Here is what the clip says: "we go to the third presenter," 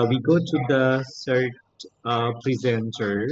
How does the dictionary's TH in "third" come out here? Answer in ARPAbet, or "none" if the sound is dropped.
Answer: S